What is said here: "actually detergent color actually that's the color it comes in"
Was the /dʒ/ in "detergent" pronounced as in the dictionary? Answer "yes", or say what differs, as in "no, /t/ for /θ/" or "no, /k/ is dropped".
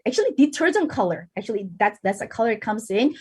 no, /z/ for /dʒ/